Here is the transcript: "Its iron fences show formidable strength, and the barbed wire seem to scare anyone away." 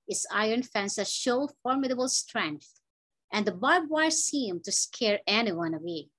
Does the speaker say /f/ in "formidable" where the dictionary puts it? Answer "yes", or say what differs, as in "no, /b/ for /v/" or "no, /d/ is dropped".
yes